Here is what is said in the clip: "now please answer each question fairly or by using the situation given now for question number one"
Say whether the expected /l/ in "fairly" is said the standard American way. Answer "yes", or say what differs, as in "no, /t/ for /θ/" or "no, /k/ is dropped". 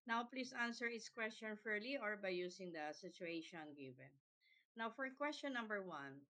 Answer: yes